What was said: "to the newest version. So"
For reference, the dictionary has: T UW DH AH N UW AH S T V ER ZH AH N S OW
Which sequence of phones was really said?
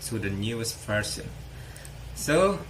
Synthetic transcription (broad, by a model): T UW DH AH N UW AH S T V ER S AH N S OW